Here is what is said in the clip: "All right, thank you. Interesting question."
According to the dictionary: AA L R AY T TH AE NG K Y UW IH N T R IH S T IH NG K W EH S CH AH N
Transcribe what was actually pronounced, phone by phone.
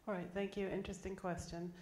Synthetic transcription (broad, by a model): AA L R AY T TH AE NG K Y UW IH N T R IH S T IH NG K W EH S CH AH N